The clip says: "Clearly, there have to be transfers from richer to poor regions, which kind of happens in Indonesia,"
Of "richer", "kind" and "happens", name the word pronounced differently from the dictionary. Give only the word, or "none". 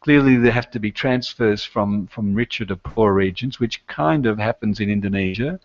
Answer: none